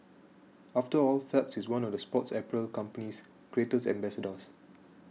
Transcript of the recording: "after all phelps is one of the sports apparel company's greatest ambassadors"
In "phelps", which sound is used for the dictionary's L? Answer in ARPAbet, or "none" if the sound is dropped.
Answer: none